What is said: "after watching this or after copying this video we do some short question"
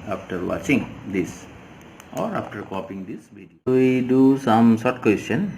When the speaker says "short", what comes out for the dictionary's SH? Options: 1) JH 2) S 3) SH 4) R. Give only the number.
2